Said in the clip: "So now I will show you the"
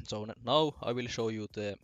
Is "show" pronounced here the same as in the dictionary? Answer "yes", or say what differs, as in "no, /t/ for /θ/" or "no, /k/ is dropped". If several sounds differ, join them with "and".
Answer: yes